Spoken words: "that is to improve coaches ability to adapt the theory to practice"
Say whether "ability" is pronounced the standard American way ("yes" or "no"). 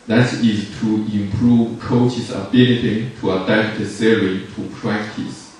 no